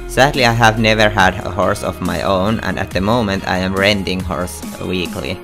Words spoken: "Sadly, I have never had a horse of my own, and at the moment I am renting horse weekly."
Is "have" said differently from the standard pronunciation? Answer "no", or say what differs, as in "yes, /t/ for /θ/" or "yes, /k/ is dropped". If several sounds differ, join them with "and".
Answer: no